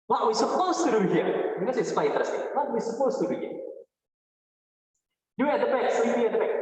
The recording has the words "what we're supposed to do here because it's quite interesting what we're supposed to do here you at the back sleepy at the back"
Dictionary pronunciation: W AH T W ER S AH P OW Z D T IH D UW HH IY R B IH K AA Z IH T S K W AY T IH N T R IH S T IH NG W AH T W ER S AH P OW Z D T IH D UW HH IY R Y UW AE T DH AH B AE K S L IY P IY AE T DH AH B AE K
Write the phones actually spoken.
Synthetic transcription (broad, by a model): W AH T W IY S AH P OW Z T IH D UW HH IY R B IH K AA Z IH T S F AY IH T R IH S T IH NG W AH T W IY S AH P OW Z T IH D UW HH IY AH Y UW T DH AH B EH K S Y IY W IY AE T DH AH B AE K